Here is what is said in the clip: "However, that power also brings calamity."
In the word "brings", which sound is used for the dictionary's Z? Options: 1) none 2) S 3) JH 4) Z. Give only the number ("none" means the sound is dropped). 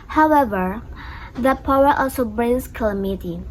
2